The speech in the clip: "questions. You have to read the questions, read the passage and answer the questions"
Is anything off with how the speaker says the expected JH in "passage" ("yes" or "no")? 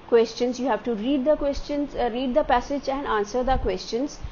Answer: no